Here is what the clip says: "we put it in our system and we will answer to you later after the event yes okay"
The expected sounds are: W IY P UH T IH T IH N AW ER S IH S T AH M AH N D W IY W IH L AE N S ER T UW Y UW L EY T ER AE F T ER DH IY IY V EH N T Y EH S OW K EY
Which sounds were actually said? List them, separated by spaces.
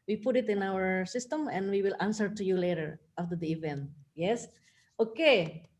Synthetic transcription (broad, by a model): W IY P UH T IH T IH N AW ER S IH S T AH M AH N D W IY W IH L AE N S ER T UW Y UW L EY T ER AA F T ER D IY IY V EH N T Y EH S OW K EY